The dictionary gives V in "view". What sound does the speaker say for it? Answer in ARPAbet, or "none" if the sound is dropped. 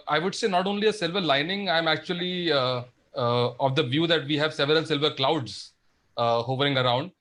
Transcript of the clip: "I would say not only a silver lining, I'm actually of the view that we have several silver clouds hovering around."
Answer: V